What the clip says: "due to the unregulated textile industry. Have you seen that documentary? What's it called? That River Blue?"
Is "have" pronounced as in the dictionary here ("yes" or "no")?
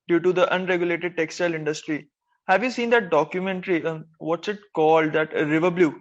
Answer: yes